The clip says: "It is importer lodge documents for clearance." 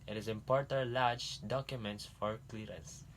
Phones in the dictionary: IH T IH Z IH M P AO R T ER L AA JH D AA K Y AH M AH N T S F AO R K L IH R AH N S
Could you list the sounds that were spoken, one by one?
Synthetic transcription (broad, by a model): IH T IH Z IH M P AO R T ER L AA JH D AA K Y AH M AH N T S F AO R K L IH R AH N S